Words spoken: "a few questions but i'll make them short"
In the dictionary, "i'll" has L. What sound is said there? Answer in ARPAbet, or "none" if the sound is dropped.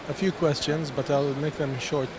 L